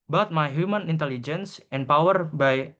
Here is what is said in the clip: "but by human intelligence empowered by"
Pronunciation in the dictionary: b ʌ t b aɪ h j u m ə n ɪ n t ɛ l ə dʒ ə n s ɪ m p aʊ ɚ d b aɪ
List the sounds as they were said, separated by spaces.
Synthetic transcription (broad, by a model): b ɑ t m aɪ h j u m ə n ɪ n t ɛ l ə dʒ ə n s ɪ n p aʊ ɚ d b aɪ